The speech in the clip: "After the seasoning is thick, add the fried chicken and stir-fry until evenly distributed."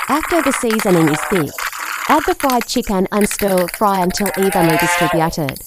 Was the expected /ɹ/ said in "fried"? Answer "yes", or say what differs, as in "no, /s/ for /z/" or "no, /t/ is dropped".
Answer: yes